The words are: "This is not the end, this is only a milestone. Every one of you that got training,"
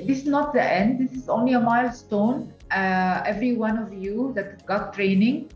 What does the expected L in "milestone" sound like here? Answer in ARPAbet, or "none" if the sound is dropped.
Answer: L